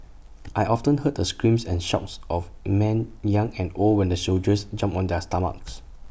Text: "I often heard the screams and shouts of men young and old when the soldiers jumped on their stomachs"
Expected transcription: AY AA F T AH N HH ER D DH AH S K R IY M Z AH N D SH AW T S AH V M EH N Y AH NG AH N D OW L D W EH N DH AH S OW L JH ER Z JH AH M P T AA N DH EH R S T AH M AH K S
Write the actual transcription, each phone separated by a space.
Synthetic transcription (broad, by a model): AY AA F T AH N HH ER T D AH S K R IY M S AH N SH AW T S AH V M EH N Y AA NG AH N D OW L D W EH N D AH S OW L JH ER S JH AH M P AA N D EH S T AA M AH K S